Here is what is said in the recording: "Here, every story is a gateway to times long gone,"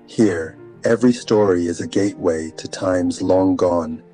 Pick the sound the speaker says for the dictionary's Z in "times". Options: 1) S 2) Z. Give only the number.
2